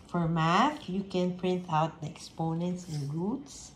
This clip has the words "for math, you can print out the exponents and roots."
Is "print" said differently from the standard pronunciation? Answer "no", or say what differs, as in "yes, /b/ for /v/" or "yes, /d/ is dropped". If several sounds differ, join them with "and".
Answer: no